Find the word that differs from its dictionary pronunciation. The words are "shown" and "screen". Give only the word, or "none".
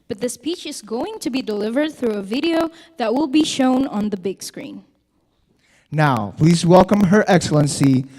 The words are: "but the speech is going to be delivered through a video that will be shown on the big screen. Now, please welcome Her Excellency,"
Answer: none